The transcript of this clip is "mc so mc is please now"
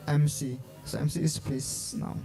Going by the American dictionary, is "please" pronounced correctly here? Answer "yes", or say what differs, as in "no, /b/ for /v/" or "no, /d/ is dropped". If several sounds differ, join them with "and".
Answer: no, /l/ is dropped and /s/ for /z/